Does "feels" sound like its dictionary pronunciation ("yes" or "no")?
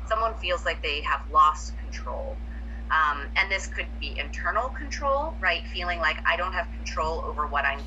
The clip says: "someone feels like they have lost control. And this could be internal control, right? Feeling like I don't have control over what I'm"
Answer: yes